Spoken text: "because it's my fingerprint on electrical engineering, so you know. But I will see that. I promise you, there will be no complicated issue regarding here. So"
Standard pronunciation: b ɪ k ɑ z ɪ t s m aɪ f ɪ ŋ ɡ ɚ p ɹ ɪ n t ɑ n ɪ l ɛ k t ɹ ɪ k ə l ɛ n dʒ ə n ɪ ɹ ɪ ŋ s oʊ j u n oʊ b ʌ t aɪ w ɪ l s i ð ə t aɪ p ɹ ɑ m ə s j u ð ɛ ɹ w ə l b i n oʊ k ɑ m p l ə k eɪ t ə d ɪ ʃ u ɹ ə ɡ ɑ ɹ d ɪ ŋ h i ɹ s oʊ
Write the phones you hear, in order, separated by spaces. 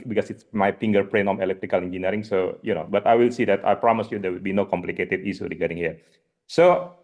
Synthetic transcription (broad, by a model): b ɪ k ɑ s ɪ t s m aɪ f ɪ ŋ ɡ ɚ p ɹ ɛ n ɑ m ɪ l ɛ k t ɹ ɪ k ə l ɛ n dʒ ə n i ɹ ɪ ŋ s oʊ j u n oʊ b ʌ t aɪ w ɪ l s i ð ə t aɪ p ɹ ɑ m ə s j u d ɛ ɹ w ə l b i n oʊ k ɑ m p l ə k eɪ t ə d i s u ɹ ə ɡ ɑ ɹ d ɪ ŋ h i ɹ s oʊ